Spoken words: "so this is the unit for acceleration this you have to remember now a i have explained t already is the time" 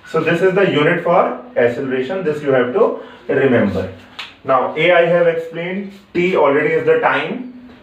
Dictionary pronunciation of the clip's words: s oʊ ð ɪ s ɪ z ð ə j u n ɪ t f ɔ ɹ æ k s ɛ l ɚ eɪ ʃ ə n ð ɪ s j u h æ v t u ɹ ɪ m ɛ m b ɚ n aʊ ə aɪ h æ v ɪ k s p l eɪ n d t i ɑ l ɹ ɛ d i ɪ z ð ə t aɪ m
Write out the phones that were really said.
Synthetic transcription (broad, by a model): s oʊ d ɪ s ɪ z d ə j u n ɪ t f ɔ ɹ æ s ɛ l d eɪ ʃ ə n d ɪ s j u h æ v t u ɹ ɪ m ɛ m b ɚ n aʊ ə aɪ h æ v ɪ k s p l eɪ n d t i ɑ l ɹ ɛ d i ɪ z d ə t aɪ m